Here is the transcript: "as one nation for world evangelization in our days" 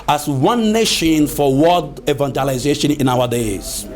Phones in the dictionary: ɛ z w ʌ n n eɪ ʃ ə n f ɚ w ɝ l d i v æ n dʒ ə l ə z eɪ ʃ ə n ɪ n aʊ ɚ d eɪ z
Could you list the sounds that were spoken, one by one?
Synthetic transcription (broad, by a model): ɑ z w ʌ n n eɪ ʃ ə n f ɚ w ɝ d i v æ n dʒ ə l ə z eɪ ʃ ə n ɪ n aʊ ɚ d eɪ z